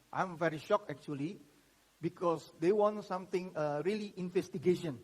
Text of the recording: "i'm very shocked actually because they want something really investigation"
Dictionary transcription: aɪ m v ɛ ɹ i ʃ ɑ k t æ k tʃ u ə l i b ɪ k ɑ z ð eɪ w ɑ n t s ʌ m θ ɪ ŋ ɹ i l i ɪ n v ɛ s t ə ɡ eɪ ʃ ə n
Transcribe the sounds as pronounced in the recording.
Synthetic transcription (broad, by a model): aɪ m v ɛ ɹ i ʃ ɑ k ɛ k tʃ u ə l i b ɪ k ɑ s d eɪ w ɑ n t s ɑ m t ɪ ŋ ɹ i l i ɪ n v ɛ s t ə ɡ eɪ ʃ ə n